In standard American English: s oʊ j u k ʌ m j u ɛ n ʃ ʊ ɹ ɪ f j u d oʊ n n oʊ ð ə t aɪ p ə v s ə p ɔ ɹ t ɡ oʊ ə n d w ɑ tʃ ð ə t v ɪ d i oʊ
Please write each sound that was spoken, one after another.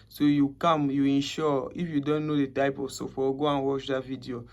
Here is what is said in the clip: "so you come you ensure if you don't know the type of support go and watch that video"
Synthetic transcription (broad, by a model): s oʊ j u k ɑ m j u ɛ n ʃ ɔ ɪ f j u d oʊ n n oʊ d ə t aɪ p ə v s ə f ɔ ɡ oʊ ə n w ɑ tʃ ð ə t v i d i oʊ